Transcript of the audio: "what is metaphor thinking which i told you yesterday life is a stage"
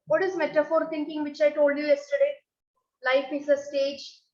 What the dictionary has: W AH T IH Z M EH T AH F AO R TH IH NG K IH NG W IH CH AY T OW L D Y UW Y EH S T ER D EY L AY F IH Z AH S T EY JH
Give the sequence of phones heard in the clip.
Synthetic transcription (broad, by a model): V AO T IH Z M EH T AH F AO R T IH NG K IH NG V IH CH AY T OW L D Y UW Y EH S T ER D EY L AY F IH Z AH S T EY JH